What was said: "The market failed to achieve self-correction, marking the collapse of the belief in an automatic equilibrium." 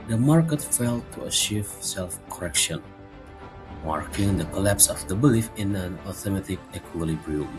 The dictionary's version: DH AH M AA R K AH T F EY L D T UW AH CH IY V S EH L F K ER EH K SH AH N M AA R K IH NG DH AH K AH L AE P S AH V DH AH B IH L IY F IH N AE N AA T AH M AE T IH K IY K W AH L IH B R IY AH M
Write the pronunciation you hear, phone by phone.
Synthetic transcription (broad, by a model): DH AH M AA R K AH T F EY L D T UW AH CH IY V S EH L F K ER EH K SH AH N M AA R K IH NG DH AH K AH L AE P S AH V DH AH B IH L IY F IH N AE N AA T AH M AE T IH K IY K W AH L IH B R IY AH